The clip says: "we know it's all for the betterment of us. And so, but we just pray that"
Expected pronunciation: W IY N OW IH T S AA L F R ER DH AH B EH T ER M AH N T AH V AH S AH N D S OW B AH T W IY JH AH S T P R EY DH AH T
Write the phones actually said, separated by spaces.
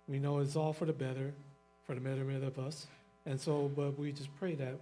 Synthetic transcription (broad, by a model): W IY N OW IH T S AA L F R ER DH AH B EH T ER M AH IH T AH V AH S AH N S OW B AH T W IY JH AH S P R EY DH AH T